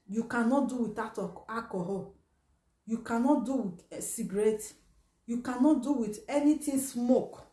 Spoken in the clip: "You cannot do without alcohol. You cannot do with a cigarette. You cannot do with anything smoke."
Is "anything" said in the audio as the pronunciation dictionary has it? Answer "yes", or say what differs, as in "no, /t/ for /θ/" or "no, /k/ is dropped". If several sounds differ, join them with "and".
no, /t/ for /θ/